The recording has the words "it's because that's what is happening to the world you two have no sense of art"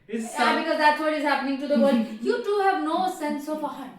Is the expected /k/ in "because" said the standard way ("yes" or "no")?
yes